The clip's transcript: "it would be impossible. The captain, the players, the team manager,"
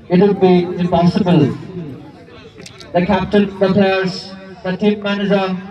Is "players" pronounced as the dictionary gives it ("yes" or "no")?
no